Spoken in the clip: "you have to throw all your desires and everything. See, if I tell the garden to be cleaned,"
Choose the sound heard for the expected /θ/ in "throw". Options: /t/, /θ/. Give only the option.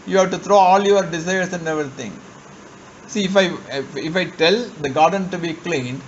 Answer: /t/